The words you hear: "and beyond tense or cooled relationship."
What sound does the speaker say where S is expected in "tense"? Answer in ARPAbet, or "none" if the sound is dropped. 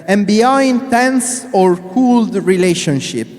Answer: S